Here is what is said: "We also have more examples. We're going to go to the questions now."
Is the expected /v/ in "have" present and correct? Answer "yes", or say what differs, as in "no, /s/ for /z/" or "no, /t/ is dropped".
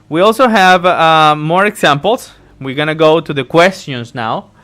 yes